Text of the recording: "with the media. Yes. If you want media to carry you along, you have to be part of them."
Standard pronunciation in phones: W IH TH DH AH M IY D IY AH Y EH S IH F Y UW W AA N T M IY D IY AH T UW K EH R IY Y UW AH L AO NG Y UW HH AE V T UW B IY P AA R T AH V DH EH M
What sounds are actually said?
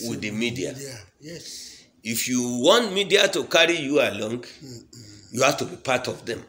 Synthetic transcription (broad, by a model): W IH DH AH M IY D IY AH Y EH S IH F Y UW W AA N T M IY D IY AH T UW K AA R IY Y UW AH L AO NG Y UW HH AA F T UW B IY P AA T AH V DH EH M